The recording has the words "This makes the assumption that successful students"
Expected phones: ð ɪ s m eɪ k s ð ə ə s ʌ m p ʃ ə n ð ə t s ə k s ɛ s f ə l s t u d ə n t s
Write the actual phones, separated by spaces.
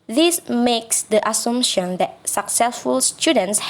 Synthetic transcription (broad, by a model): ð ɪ s m eɪ k s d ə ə s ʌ m ʃ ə n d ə t s ə k s ɛ s f ə l s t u d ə n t s